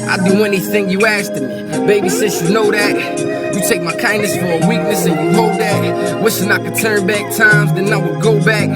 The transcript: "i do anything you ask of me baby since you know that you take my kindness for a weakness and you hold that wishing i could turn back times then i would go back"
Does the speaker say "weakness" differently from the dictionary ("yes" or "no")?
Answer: no